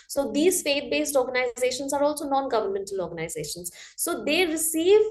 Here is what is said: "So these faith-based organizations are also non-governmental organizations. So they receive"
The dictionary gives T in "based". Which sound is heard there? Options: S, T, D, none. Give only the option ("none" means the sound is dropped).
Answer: T